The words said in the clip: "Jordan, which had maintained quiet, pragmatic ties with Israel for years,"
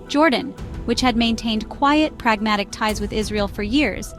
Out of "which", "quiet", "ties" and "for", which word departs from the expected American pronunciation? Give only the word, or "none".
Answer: none